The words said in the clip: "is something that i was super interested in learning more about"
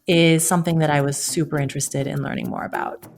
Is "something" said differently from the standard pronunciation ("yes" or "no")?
no